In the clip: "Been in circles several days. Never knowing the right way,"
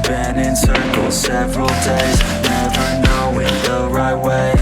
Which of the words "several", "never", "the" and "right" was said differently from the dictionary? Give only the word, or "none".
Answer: none